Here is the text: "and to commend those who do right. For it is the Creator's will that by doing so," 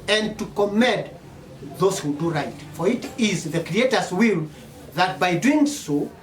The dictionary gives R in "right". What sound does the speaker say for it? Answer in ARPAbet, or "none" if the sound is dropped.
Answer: R